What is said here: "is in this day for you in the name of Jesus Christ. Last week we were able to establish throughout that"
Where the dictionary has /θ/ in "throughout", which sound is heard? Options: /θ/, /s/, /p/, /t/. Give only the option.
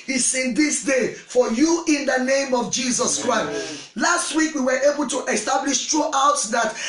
/t/